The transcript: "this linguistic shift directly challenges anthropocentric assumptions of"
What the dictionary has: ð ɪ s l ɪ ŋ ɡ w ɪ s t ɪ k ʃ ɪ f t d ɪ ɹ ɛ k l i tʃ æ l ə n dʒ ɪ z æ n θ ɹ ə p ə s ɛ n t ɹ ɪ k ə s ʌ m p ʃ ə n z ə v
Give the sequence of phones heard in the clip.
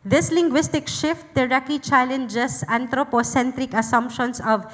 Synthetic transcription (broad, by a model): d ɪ s l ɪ ŋ ɡ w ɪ s t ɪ k ʃ ɪ f t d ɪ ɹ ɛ k i tʃ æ l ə n dʒ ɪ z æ n t ɹ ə p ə s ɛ n t ɹ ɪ k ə s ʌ m p ʃ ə n s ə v